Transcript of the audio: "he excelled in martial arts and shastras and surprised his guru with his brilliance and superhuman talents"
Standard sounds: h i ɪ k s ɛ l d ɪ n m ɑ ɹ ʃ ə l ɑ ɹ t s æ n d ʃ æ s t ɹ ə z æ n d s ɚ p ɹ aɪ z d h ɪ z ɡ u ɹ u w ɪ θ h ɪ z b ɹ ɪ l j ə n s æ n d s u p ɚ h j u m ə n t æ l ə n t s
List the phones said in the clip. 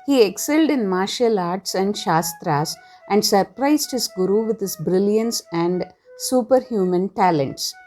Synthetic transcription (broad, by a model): h i ɪ k s ɛ l d ɪ n m ɑ ɹ ʃ ə l ɑ ɹ t s æ n d ʃ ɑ s t ɹ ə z æ n d s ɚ p ɹ aɪ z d h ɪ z ɡ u ɹ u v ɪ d h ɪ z b ɹ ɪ l j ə n s æ n d s u p ɚ h j u m ə n t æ l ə n t s